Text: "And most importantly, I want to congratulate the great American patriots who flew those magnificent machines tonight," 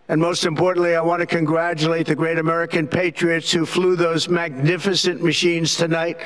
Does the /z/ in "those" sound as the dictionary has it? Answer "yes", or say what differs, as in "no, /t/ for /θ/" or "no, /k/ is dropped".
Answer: yes